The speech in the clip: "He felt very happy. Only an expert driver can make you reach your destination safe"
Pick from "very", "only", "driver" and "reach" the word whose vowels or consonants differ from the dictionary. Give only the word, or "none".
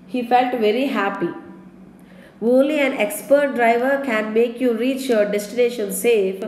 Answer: only